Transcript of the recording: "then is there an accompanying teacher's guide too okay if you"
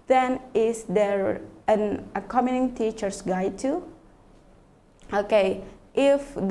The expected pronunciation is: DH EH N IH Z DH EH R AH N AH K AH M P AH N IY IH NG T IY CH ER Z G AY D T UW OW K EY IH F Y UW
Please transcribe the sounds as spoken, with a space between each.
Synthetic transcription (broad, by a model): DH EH N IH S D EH R AH N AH K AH M AH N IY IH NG T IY CH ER S G AY T UW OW K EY IH F